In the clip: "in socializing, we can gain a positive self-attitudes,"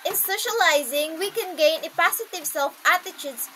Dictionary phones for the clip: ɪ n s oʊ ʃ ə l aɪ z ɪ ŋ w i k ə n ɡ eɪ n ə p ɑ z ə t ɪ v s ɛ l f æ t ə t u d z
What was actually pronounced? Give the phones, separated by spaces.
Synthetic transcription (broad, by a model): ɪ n s oʊ ʃ ə l aɪ z ɪ ŋ w i k ə n ɡ eɪ n ə p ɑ s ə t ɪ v s ɛ l f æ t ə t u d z